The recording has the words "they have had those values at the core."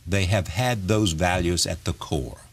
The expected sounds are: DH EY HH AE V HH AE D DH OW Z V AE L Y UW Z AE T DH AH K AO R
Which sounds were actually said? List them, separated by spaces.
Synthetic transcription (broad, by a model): DH EY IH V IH D DH OW Z V AE L Y UW Z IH T DH AH K AO R